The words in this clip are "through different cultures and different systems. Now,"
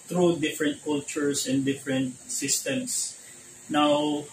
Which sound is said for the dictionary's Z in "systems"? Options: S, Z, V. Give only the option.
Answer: S